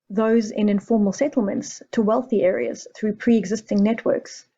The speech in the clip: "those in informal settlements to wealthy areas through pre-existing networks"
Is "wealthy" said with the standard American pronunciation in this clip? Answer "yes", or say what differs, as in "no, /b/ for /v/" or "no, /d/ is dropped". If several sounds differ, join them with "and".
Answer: yes